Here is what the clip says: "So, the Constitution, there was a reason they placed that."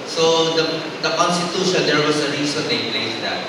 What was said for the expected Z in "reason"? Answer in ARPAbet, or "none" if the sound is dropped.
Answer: S